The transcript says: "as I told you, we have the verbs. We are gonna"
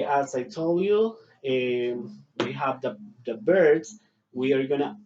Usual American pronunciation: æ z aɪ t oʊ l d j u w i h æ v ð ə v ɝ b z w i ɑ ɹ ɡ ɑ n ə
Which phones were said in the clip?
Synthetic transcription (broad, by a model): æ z aɪ t oʊ l d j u w i h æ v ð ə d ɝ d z w i ɑ ɹ ɡ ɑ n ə